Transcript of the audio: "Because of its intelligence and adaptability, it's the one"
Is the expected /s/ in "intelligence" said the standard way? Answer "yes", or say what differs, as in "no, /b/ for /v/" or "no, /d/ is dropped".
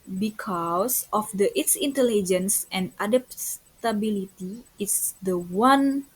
yes